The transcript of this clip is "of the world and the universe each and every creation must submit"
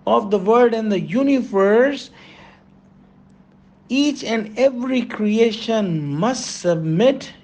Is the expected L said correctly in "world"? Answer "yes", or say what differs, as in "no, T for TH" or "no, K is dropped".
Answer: no, L is dropped